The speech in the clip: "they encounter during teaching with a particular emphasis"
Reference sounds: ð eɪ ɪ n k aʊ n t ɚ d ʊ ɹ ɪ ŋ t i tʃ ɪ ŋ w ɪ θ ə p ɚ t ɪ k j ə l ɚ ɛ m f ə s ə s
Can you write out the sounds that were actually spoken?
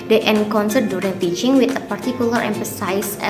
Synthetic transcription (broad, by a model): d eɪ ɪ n k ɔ n s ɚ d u ɹ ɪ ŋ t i tʃ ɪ ŋ w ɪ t ə p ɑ t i k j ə l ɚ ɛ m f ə s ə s